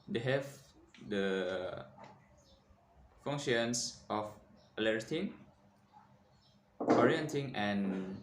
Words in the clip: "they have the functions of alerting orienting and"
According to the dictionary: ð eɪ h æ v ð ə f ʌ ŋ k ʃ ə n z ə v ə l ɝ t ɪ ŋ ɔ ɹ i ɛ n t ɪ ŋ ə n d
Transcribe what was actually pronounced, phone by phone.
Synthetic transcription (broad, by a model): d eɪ h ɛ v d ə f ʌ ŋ ʃ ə n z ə f ə l ɝ t ɪ ŋ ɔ ɹ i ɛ n t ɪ ŋ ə n